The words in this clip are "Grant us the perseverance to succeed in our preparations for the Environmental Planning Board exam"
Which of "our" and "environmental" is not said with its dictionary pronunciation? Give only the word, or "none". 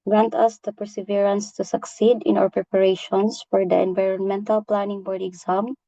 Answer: our